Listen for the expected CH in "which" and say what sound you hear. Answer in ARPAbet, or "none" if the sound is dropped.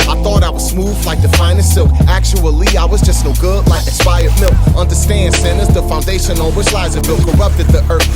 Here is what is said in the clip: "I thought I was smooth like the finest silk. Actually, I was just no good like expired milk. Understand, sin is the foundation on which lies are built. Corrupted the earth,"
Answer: S